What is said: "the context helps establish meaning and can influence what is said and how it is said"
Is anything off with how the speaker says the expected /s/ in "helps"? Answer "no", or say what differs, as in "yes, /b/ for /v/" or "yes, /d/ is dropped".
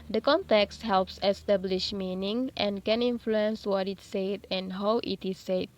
no